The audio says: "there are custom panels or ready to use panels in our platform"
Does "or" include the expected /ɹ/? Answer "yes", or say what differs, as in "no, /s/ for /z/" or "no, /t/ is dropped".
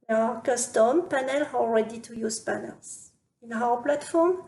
no, /l/ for /ɹ/